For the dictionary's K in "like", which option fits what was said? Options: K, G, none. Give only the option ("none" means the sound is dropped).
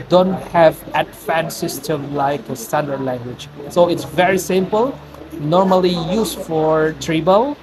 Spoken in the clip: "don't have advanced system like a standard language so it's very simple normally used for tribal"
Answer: K